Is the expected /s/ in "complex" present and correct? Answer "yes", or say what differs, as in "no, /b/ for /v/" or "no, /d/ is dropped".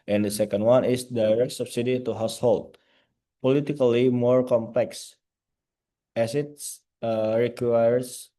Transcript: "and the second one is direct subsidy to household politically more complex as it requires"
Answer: yes